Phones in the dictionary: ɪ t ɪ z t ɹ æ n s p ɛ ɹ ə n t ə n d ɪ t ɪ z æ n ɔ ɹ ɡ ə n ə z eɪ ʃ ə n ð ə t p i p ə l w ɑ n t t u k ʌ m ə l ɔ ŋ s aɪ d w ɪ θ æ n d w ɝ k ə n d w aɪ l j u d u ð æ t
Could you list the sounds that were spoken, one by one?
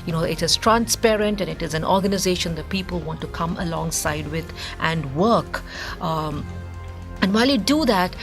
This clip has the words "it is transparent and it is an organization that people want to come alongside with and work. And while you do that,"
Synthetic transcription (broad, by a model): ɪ t ɪ z t ɹ æ n s p ɛ ɹ ə n t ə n ɪ t ɪ z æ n ɔ ɹ ɡ ə n ə z eɪ ʃ ə n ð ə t p i p ə l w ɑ n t t u k ʌ m ə l ɔ ŋ s aɪ d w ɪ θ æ n d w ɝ k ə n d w aɪ l j u d u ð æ t